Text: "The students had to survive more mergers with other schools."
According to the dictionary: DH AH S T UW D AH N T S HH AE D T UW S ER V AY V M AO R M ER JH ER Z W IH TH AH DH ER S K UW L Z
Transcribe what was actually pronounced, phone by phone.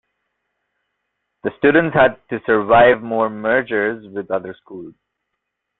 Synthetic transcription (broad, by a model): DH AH S T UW D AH N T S HH AE D T UW S ER V AY V M AO R M ER JH ER Z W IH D AH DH ER S K UW L Z